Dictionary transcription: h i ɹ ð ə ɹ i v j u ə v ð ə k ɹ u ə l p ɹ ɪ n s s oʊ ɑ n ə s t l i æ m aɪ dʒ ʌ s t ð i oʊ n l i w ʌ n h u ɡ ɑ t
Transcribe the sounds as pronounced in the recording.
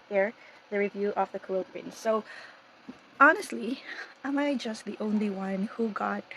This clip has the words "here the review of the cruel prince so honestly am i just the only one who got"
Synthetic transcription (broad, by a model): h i ɹ ð ə ɹ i v j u ə v ð ə k l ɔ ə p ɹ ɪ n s s oʊ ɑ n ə s t l i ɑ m aɪ dʒ ʌ s t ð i oʊ n l i w ʌ n h u ɡ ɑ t